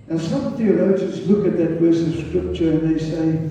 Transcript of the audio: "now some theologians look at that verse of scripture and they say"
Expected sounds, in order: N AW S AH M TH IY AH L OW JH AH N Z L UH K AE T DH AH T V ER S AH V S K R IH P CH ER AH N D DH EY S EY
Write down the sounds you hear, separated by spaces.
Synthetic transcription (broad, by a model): N S AH M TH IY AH L OW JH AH N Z L UH K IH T DH AH T W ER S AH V S K R IH P CH ER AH N DH EY S EY